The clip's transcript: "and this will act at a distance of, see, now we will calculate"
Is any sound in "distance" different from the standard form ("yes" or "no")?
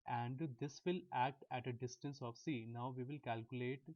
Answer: no